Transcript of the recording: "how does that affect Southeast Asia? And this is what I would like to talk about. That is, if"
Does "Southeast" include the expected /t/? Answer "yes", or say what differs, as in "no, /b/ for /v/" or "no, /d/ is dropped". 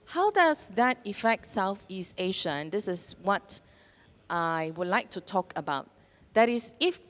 yes